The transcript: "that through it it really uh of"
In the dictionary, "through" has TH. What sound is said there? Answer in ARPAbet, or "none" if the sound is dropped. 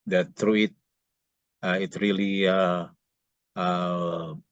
T